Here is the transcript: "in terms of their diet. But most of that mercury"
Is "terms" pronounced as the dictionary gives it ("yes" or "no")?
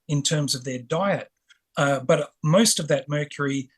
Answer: yes